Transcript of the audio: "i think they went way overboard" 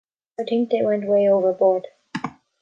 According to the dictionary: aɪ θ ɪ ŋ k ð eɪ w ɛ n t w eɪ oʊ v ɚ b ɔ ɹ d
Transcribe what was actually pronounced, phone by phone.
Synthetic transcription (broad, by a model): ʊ t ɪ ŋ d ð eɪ w ɛ n t w eɪ oʊ v ɚ b ɔ ɹ d